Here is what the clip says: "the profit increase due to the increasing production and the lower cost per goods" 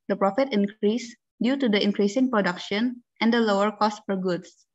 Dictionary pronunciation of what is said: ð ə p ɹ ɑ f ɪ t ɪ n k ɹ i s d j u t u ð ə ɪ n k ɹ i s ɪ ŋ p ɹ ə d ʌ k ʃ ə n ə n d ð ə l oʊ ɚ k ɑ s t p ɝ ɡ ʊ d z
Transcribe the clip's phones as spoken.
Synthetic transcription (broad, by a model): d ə p ɹ ɑ f ɪ t ɪ n k ɹ i s d j u t u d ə ɪ n k ɹ i s ɪ ŋ p ɹ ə d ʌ k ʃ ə n ə n d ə l oʊ ɚ k ɑ s t f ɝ ɡ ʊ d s